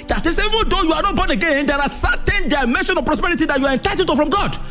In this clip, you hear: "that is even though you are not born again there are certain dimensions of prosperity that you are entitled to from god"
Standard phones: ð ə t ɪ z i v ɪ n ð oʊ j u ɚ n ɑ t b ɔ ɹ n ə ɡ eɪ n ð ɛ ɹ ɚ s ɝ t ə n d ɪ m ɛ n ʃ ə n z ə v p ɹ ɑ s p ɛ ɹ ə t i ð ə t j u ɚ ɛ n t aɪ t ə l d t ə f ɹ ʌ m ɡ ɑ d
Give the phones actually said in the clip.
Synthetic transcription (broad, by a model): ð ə t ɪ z i v ɪ n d oʊ j u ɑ n ɑ t b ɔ n ə ɡ eɪ n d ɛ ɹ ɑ s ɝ t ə n d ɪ m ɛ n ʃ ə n ə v p ɹ ɑ s p ɛ ɹ ə t i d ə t j u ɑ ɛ n t aɪ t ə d t ə f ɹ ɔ m ɡ ɑ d